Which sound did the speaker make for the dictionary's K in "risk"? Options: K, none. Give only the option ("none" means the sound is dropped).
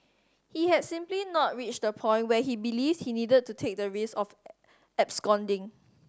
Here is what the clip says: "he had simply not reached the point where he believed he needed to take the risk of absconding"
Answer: none